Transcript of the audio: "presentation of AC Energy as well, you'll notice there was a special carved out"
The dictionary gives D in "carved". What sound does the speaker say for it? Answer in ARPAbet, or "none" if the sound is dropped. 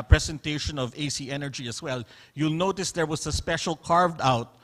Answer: D